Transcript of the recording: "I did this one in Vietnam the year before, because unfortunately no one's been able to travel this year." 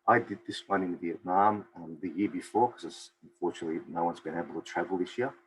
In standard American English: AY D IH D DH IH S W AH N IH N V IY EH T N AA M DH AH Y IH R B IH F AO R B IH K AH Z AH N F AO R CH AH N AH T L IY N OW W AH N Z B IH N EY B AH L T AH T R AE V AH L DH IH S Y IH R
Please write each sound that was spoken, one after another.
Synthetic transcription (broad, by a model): AY D IH D DH IH S W AH N IH N V IY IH T N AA M DH AH Y IH R B IH F AO R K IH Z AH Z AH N F AO R CH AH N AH T L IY N OW W AH N Z B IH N EY B L T AH T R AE V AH L DH IH S Y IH